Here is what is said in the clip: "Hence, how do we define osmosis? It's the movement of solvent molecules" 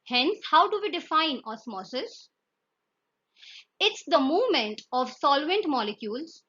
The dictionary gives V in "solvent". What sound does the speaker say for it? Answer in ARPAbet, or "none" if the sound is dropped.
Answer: V